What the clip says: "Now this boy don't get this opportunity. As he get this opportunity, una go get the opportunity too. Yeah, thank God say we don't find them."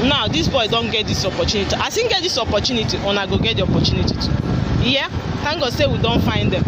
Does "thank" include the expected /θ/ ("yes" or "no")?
no